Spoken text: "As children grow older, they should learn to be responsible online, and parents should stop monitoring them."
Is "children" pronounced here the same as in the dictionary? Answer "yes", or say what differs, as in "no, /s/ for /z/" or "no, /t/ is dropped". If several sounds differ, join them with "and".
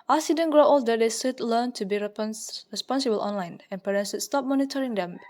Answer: no, /l/ is dropped and /ɹ/ is dropped